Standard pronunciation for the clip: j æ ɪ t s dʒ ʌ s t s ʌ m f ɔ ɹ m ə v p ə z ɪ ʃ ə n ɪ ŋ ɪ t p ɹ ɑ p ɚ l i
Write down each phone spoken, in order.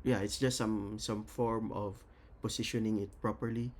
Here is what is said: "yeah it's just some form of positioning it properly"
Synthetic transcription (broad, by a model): j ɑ ɪ t s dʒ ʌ s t s ʌ m f ɔ ɹ m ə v p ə s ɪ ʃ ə n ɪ ŋ ɪ t p ɹ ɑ p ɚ l i